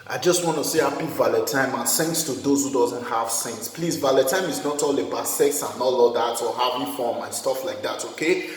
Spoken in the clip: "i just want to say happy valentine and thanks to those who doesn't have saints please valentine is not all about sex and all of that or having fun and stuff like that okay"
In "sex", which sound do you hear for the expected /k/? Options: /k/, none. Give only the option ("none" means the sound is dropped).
/k/